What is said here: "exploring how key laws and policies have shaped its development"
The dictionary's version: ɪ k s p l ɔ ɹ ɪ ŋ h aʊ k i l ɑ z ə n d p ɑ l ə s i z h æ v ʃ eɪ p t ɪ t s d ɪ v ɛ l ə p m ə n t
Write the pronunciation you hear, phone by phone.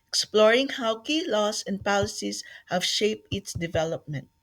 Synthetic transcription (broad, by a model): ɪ k s p l ɔ ɹ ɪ ŋ h aʊ k i l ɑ s ə n d p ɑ l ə s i s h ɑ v ʃ eɪ p t ɪ t s d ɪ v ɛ l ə p m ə n t